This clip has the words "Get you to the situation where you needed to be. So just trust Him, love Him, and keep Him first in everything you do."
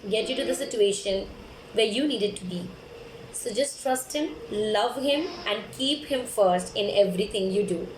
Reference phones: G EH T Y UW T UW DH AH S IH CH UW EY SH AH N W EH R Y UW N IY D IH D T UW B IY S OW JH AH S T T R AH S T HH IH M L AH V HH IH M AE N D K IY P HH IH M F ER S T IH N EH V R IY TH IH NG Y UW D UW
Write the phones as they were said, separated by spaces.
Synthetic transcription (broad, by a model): G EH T Y UW T UW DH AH S IH CH UW EY SH AH N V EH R Y UW N IY D IH D T UW B IY S OW JH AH S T T R AH S T HH IH M L AH V HH IH M AE N D K IY P HH IH M F ER S T IH N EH V R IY T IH NG Y UW D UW